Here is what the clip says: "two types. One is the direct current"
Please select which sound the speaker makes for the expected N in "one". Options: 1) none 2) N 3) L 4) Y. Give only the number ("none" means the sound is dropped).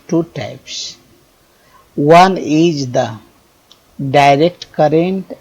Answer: 2